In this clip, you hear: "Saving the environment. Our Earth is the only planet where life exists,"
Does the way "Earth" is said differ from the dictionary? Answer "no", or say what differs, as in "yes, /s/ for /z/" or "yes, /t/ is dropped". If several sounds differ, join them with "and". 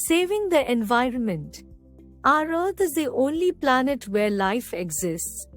yes, /t/ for /θ/